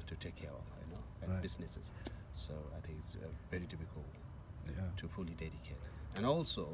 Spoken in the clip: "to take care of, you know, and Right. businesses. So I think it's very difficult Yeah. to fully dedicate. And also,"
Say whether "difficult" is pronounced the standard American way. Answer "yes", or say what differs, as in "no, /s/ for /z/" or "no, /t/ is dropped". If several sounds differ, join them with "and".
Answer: no, /p/ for /f/